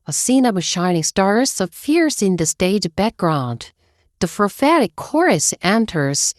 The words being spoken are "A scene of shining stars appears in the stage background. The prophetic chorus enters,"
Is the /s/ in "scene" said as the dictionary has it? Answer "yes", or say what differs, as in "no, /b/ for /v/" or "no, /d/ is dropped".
yes